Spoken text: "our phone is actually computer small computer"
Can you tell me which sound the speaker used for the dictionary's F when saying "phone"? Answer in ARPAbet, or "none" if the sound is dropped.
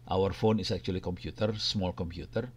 F